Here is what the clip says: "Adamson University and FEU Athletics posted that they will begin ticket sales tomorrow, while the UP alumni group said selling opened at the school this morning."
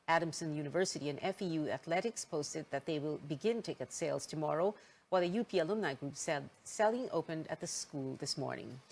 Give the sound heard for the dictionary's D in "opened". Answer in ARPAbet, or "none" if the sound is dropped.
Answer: D